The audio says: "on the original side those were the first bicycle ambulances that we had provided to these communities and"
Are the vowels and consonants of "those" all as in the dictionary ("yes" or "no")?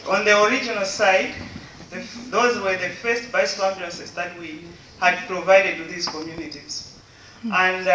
yes